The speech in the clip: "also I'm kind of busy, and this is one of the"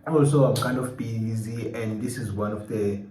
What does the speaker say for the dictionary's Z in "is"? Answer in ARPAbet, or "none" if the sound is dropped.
Z